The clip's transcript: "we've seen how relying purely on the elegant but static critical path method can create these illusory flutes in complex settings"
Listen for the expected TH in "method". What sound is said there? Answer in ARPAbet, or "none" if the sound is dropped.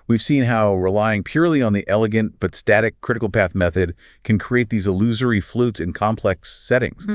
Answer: TH